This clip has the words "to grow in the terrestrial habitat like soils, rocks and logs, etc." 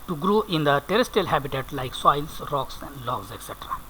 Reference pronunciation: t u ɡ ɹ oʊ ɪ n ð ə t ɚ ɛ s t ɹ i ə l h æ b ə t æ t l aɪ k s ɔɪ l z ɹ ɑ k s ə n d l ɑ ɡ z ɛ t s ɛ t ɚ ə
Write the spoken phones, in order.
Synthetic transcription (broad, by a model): t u ɡ ɹ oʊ ɪ n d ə t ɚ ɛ s t i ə l h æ b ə t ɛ t l aɪ k s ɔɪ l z ɹ ɑ k s ə n d l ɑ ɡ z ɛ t s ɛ t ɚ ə